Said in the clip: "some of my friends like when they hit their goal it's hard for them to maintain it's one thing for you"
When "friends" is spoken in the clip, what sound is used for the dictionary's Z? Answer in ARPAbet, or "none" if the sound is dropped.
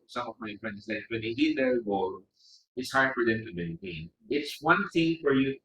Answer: S